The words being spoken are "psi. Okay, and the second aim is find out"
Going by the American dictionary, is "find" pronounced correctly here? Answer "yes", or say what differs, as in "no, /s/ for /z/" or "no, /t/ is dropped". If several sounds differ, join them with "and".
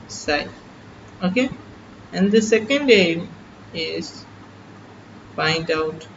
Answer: no, /p/ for /f/